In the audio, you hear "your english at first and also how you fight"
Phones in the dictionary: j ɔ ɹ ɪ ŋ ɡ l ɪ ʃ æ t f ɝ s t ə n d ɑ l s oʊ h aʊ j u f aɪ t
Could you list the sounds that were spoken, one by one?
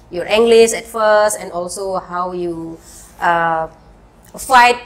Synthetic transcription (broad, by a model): j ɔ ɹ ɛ ŋ ɡ l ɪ s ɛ t f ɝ s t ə n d ɑ l s oʊ h aʊ j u f aɪ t